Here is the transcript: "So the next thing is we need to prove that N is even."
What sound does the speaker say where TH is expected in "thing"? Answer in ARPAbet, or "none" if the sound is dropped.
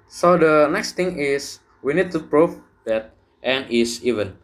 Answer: T